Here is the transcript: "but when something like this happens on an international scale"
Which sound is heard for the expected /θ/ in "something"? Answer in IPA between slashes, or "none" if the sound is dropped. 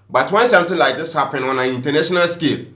/t/